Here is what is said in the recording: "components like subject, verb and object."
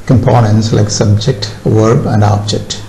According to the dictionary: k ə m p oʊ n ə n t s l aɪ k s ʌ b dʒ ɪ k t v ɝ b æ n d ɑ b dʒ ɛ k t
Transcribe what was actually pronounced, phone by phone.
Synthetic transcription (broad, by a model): k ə m p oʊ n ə n t s l aɪ k s ʌ b dʒ ɪ k t v ɝ b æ n d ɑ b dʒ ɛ k t